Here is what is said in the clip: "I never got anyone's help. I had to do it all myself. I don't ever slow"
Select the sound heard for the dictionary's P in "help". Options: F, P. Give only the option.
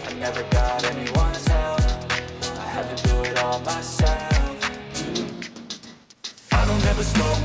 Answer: F